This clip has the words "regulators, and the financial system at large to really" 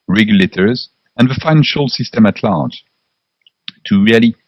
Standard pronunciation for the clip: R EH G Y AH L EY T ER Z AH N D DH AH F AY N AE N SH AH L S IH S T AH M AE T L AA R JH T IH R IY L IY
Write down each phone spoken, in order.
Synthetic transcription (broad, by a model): R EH G Y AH L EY T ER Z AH N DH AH F AY N AE N SH AH L S IH S T AH M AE T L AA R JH T IH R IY L IY